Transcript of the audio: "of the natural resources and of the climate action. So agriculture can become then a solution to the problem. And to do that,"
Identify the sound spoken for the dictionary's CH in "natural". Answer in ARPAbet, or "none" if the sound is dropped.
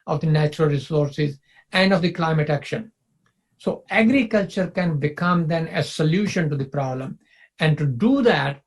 CH